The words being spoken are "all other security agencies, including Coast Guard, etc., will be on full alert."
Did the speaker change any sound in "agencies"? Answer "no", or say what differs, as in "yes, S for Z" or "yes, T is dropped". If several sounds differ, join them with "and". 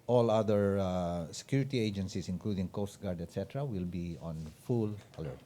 yes, S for Z